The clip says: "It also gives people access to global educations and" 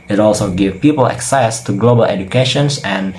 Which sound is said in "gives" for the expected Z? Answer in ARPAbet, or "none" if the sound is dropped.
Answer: none